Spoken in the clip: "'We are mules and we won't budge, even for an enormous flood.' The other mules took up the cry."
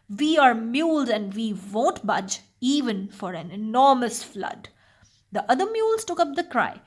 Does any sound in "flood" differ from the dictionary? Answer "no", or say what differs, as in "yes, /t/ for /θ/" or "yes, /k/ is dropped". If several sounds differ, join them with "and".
no